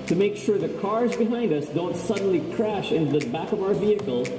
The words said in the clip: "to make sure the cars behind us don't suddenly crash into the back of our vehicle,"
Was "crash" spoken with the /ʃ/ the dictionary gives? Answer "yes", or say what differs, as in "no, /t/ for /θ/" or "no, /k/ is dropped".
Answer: yes